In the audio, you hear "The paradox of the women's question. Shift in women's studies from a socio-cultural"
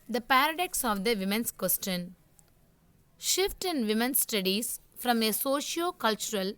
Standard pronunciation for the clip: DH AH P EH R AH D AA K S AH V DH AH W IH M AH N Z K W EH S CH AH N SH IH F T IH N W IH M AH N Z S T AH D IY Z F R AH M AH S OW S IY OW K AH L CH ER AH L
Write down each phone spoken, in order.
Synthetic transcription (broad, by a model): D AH P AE R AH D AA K S AH V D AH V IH M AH N S K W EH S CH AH N SH IH F T IH N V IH M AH N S S T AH D IY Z F R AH M AH S OW SH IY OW K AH L CH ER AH L